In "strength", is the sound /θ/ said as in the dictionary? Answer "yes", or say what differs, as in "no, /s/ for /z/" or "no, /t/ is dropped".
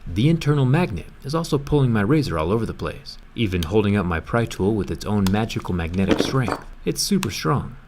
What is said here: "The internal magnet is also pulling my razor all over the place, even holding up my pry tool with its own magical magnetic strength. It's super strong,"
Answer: yes